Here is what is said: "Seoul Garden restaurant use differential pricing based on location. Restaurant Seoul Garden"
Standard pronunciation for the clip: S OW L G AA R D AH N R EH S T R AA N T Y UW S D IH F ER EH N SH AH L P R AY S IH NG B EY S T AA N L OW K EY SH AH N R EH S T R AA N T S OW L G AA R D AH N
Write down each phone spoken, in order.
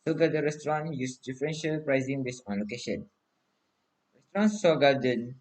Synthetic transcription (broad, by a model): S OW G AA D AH R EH S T R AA N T Y UW S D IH F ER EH N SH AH L P R AY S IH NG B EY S AA N L OW K EY SH AH N R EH S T R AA N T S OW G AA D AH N